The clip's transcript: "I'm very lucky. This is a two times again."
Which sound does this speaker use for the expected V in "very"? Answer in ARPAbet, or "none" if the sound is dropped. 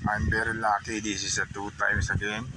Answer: B